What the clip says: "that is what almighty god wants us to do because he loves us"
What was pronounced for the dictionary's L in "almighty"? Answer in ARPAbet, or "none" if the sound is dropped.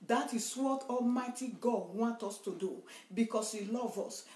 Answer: L